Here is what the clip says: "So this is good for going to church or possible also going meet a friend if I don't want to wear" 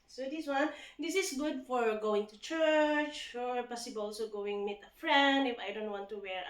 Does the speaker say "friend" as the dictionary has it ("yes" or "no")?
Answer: yes